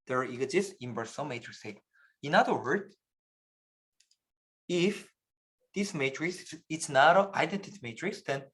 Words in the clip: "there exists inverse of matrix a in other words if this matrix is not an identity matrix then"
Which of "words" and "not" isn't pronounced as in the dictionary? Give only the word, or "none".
words